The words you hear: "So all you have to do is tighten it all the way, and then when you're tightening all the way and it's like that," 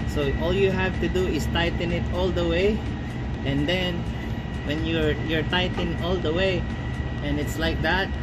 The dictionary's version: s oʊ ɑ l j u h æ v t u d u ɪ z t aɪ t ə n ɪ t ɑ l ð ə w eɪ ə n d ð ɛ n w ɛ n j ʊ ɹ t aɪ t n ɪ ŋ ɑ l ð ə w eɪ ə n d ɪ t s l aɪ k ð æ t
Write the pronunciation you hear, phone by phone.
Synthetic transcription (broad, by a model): s oʊ ɑ l j u h æ v t u d u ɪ s t aɪ t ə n ɪ t ɑ l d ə w eɪ ə n d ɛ n w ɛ n j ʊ ɹ t aɪ t ɪ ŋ ɑ l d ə w eɪ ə n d ɪ t s l aɪ k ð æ t